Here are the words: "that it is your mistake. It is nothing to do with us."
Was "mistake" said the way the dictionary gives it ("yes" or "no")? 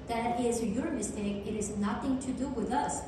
yes